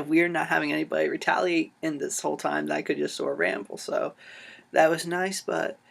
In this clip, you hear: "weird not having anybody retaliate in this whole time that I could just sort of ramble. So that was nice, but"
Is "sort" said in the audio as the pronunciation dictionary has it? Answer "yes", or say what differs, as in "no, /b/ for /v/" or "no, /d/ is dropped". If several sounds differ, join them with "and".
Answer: no, /t/ is dropped